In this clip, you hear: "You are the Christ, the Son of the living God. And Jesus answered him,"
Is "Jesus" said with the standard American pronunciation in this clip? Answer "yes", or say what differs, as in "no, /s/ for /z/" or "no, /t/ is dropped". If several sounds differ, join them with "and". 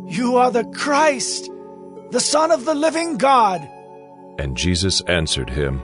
yes